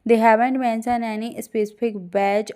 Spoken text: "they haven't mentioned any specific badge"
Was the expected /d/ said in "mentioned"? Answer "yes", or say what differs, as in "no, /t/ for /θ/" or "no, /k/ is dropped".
no, /d/ is dropped